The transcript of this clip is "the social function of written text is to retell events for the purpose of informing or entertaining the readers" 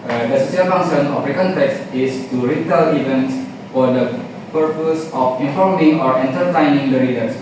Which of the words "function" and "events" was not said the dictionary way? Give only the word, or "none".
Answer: function